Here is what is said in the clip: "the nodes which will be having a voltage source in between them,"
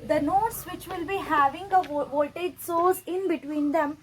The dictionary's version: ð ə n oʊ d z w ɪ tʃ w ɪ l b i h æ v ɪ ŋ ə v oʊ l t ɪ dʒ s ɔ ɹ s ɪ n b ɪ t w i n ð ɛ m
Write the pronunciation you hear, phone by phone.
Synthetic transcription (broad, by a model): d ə n oʊ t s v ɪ tʃ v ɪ l b i h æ v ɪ ŋ ə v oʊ t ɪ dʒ s ɔ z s ɪ n b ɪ t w i n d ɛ m